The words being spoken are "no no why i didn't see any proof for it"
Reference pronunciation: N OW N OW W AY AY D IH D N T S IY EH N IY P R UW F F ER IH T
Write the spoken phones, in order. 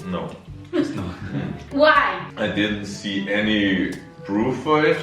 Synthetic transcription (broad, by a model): N OW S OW W AY AY D IH D N T S IY EH N IY B R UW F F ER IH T